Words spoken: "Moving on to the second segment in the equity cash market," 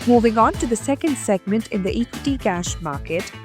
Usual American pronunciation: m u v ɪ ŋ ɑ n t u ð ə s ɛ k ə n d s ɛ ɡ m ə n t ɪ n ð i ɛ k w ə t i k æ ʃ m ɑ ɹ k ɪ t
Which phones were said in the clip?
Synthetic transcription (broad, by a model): m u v ɪ ŋ ɑ n t u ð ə s ɛ k ə n d s ɛ ɡ m ə n t ɪ n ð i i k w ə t i k æ ʃ m ɑ ɹ k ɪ t